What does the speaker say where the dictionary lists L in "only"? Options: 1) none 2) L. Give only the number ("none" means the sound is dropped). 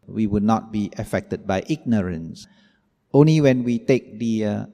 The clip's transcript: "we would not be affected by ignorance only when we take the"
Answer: 2